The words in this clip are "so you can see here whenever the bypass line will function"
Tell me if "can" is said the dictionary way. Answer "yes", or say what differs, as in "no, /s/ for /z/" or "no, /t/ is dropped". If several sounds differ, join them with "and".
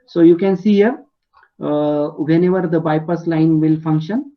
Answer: yes